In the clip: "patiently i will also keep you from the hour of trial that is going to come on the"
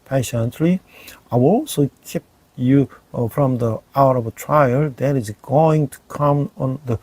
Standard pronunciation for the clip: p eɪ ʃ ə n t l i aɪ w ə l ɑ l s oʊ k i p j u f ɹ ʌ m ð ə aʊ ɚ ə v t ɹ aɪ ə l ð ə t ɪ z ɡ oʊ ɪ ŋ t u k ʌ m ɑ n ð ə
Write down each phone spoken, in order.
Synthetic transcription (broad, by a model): p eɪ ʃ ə n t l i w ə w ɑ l s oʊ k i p j u f ɹ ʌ m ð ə aʊ ɚ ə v t ɹ aɪ ə l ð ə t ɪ s ɡ oʊ ɪ ŋ t u k ʌ m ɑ n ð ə